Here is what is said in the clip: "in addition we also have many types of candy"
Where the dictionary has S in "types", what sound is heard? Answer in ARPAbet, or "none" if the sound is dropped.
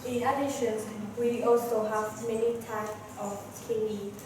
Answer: none